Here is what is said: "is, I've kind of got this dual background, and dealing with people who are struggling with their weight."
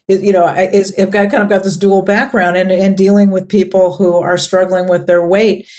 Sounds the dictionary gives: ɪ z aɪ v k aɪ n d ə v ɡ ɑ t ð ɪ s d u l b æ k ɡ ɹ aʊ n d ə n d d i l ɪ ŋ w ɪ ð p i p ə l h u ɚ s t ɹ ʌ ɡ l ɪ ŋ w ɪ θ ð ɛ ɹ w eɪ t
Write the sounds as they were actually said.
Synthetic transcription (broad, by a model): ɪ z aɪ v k aɪ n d ə v ɡ ɑ t ð ɪ s d u l b æ k ɡ ɹ aʊ n d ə n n d i l ɪ ŋ w ɪ ð p i p l h u ɚ s t ɹ ʌ ɡ l ɪ ŋ w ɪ ð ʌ ɹ w eɪ t